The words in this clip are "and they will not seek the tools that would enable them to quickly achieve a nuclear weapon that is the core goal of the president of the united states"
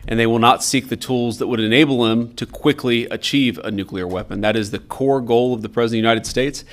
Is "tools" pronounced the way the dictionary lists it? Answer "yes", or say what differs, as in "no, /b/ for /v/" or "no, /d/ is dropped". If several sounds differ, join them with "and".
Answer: yes